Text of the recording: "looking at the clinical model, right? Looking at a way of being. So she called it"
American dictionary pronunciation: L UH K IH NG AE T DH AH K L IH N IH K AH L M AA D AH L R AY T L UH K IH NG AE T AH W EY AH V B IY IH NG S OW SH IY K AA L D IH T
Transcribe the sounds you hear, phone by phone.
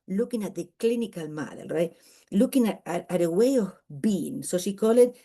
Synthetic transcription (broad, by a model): L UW K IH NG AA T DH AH K L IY N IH K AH L M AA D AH L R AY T L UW K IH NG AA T AH W EY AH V B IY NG S OW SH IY K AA L IH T